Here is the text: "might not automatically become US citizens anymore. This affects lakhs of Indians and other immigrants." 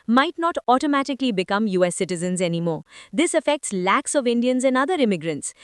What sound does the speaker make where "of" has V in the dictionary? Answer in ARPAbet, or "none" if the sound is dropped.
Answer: V